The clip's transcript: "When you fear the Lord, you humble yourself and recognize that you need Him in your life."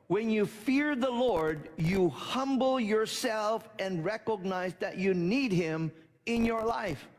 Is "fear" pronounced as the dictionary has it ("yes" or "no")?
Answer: yes